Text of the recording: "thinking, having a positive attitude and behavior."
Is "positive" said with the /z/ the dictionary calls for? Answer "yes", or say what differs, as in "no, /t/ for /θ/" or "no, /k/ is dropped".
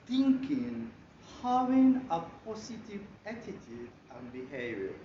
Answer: no, /s/ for /z/